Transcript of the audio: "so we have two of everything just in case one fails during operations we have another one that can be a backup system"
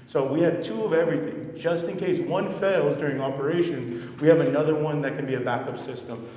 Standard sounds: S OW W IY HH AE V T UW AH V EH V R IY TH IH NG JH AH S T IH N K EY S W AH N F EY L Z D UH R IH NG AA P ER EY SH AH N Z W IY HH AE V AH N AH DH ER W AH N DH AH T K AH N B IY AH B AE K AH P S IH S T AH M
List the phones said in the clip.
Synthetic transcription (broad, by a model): S OW W IY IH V T UW AH V EH V R IY TH IH NG JH AH S T IH N K EY S W AH N F EY L Z D UH R IH NG AA P ER EY SH AH N Z W IY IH V AH N AH DH ER W AH N DH AH T K AH N B IY AH B AE K AH P S IH S T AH M